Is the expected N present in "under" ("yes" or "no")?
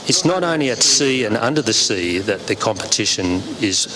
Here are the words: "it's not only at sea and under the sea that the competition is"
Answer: yes